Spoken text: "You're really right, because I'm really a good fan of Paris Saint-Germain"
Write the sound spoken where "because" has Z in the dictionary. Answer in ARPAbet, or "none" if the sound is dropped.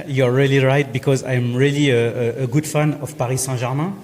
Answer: Z